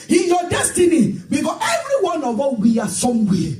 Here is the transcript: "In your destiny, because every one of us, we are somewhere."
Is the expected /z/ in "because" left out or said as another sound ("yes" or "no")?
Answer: yes